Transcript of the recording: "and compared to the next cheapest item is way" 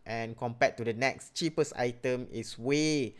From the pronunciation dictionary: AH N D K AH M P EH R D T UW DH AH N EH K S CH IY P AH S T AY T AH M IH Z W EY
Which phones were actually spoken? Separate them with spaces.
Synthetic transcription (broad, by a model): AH N K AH M P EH T UW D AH N EH K S CH IY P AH S AY T AH M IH S W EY